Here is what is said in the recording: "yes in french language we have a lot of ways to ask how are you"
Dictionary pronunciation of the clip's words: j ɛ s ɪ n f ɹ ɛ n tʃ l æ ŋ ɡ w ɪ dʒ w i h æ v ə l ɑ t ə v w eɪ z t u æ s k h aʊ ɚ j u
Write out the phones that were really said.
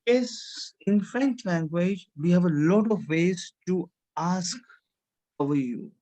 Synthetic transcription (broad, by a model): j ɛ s ɪ n f ɹ ɛ n tʃ l æ ŋ ɡ w ɪ dʒ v i h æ v ə l ɑ t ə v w eɪ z t u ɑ s k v ɚ j u